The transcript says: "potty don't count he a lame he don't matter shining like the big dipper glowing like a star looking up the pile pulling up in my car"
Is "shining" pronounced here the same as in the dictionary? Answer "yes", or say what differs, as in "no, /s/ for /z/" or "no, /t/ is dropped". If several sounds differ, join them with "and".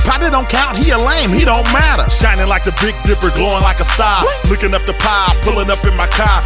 yes